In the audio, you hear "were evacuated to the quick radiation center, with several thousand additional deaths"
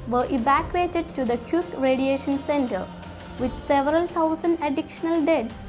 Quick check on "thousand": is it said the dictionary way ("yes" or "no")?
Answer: no